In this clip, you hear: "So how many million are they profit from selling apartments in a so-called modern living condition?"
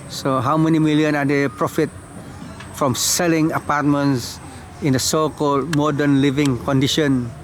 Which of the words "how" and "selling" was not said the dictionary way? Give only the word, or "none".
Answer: none